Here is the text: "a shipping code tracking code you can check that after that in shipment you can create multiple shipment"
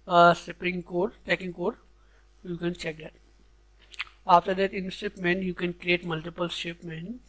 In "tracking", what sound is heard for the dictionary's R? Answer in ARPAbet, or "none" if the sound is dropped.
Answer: none